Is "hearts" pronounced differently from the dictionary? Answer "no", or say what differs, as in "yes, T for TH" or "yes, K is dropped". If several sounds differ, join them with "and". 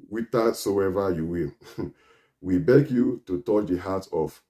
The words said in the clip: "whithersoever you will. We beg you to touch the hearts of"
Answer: yes, S is dropped